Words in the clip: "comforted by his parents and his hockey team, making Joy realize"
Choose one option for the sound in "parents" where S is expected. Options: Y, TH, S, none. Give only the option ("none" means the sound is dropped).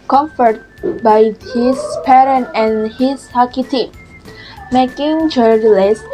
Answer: none